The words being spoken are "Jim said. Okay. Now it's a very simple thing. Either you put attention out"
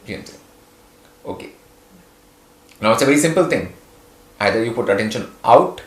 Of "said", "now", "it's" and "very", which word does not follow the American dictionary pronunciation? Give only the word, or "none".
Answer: said